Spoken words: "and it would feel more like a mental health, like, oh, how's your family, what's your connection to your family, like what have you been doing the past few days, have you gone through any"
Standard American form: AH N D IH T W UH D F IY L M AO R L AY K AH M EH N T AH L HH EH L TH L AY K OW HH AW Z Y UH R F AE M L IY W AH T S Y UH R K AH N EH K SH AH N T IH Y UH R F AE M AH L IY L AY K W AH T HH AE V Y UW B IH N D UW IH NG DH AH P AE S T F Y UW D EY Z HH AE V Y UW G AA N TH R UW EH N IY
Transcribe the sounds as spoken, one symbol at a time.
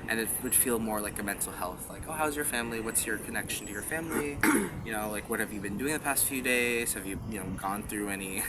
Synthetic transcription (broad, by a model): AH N IH T W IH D F IY L M AO R L AY K AH M EH N T L HH EH L TH L AY K OW HH AW Z Y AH R F AE M L IY W AH T S Y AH R K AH N EH K SH N T IH Y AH R F AE M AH N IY L AY K W AH T HH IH V Y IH B IH N D UW IH NG DH AH P AE S T F Y UW D EY Z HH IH V Y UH G AA N TH R UW EH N IY